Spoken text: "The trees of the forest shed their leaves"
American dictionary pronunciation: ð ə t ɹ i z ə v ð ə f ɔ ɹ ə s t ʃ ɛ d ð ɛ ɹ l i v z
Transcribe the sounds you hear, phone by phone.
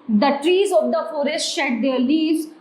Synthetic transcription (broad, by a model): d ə t ɹ i z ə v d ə f ɔ ɹ ə s t ʃ ɛ d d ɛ ɹ l i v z